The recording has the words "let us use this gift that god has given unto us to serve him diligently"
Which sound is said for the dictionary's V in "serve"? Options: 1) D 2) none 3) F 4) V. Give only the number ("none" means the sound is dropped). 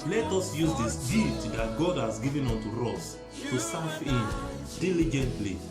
3